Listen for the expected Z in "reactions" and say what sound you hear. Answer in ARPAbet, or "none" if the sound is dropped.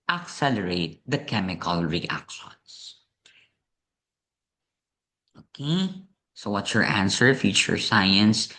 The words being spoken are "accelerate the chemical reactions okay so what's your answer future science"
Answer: S